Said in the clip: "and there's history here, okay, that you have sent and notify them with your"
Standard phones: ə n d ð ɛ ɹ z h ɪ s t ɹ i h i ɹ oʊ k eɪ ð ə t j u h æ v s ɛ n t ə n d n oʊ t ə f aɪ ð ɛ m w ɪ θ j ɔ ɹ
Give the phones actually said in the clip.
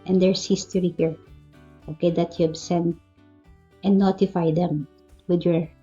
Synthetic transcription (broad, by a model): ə n d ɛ ɹ s h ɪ s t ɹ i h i ɹ oʊ k eɪ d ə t j u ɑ b s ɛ n t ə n n oʊ t ə f aɪ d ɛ m w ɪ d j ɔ ɹ